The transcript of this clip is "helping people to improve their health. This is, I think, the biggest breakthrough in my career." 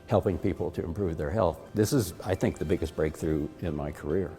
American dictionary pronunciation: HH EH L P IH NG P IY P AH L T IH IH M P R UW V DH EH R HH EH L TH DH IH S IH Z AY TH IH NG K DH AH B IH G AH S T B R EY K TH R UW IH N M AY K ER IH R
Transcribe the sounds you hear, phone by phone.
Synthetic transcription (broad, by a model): HH EH L P IH NG P IY P L T IH IH M P R UW V DH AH R HH EH L TH DH IH S IH Z AY TH IH NG K DH AH B IH G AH S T B R EY K TH R UW IH N M AY K ER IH R